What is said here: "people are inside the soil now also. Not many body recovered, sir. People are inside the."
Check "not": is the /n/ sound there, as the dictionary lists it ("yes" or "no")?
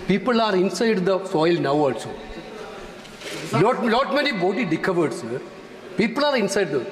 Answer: no